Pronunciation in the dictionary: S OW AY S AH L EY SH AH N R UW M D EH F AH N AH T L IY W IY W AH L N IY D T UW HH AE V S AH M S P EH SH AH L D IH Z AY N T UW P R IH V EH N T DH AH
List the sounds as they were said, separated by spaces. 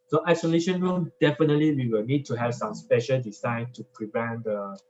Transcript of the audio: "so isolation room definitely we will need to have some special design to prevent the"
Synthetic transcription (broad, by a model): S OW AY S AH L EY SH AH N R UW M D EH F AH N AH T L IY W IY W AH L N IY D T UW HH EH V S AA M S P EH SH AH L D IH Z AY N T UW P R IH V EH N T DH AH